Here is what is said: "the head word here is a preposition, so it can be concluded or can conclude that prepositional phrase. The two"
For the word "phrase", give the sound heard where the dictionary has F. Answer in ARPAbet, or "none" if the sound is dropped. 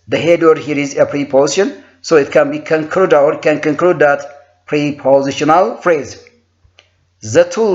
F